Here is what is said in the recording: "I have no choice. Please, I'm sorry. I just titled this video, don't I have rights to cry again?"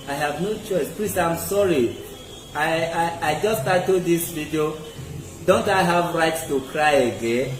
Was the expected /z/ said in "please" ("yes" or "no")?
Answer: no